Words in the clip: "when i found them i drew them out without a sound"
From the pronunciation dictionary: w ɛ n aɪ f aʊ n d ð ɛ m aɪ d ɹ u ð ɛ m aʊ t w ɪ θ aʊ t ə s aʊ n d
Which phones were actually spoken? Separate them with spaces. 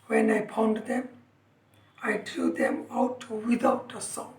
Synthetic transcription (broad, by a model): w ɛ n aɪ p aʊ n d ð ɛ m aɪ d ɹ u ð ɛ m aʊ t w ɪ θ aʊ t ə s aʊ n